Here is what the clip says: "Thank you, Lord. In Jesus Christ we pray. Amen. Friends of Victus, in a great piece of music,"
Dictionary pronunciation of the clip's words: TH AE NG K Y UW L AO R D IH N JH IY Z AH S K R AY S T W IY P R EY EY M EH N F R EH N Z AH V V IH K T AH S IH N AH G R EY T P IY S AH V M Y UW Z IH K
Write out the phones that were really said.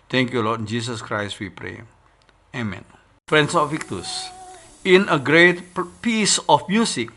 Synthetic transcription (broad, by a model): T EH NG K Y UW L AO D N JH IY S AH S K R AY S T W IY P R EY EY M EH N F R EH N S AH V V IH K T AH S IH N AH G R EY T P IY S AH F M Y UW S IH K